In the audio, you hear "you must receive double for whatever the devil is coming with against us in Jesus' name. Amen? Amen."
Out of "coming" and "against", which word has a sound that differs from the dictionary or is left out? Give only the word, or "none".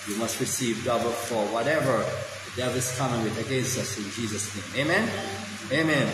against